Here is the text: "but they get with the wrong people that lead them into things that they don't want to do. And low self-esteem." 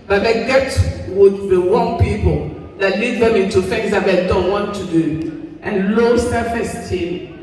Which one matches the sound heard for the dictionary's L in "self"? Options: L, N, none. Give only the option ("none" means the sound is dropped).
none